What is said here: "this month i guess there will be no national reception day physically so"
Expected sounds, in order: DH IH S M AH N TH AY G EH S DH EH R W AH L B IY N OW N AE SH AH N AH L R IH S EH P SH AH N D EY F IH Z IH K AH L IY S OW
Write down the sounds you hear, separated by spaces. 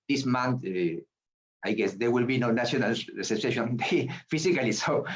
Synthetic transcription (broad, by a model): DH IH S M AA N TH AY G EH S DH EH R W AH L B IY N OW N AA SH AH N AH L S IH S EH SH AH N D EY F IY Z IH K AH L IY S OW